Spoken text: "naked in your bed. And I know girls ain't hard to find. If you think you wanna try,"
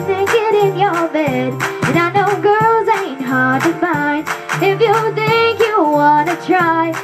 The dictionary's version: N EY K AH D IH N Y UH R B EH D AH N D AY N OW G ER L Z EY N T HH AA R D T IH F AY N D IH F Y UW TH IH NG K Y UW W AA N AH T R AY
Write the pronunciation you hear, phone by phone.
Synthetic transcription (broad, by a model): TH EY K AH D IH N Y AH R B EH D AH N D AY N OW G ER L Z EY N T HH AA R D T IH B AY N IH F Y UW TH IH NG K Y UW W AA N AH T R AY